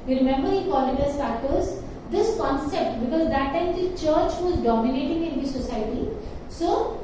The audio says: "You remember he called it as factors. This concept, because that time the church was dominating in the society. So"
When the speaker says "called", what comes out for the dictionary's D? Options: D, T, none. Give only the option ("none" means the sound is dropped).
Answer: none